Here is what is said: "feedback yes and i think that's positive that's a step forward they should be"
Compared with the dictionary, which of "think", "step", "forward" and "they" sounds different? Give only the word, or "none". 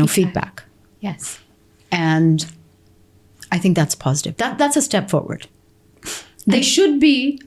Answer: none